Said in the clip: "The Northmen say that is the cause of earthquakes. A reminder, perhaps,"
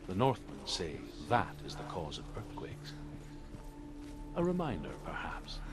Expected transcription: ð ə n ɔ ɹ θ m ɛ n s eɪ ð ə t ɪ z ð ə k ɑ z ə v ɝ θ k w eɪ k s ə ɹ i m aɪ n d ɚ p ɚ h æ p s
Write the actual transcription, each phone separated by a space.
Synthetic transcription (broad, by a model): ð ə n ɔ ɹ θ m ɛ n s eɪ ð ə t ɪ z ð ə k ɑ z ə v ɝ θ k w eɪ k s ə ɹ i m aɪ n d ɚ p ɚ h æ p s